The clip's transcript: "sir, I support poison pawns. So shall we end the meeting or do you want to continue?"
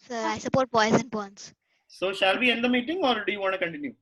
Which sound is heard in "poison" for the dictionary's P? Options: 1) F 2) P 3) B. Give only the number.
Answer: 3